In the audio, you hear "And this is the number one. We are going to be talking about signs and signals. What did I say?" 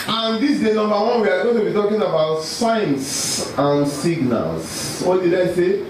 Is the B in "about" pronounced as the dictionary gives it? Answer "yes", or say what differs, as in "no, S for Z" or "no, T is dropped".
yes